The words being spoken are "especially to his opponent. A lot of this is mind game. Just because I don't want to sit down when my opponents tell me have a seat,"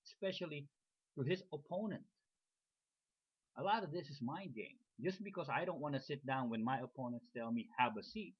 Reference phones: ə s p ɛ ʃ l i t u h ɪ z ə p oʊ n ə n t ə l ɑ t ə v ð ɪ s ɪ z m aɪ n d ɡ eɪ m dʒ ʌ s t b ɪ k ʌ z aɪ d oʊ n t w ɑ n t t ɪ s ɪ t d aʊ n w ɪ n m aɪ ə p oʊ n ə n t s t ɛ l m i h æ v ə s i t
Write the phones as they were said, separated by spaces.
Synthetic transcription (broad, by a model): s p ɛ ʃ l i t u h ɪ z ə p oʊ n ə n t ə l ɑ t ə v ð ɪ s ɪ z m aɪ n ɡ eɪ m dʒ ʌ s b ɪ k ʌ z aɪ d oʊ n t w ɑ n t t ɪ s ɪ t d aʊ n w ɪ n m aɪ ə p oʊ n ə n t s t ɛ l m i h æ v ə s i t